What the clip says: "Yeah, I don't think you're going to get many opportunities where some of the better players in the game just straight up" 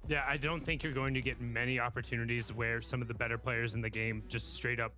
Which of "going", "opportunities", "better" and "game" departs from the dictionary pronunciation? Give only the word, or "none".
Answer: none